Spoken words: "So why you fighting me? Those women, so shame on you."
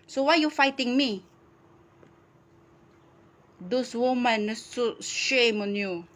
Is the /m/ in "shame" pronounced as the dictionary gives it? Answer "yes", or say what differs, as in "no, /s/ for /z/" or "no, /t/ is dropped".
yes